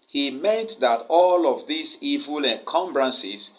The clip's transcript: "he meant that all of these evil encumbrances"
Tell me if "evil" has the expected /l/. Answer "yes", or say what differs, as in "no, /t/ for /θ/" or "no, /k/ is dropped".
yes